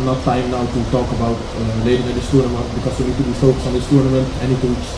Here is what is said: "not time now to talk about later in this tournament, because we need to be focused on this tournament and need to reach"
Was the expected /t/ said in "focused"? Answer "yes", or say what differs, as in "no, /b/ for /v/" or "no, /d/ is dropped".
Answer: no, /t/ is dropped